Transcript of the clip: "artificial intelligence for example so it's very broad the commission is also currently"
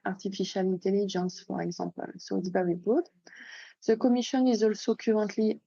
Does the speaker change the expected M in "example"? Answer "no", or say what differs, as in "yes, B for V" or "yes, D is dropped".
yes, M is dropped